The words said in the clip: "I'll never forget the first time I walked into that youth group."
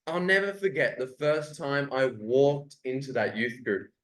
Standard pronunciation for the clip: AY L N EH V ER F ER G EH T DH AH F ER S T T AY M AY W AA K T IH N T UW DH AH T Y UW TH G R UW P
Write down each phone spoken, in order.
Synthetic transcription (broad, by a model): AY L N EH V ER F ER G EH T DH AH F ER S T T AY M AY W AA K T IH N T UW DH AH T Y UW TH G R UW P